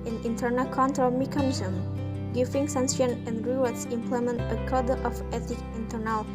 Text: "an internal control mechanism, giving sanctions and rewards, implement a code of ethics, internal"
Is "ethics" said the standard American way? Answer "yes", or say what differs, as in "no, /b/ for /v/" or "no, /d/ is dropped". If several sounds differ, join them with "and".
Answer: no, /s/ is dropped